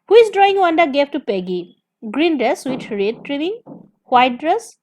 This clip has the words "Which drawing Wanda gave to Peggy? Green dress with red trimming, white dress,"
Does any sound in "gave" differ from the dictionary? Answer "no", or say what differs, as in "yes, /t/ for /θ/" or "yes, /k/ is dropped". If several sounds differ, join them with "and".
yes, /f/ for /v/